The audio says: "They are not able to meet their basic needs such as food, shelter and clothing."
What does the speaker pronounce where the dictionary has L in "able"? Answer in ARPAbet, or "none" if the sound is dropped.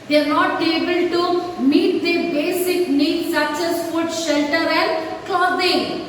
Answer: L